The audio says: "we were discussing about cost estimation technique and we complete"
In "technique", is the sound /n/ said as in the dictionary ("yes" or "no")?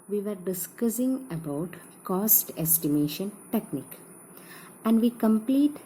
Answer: yes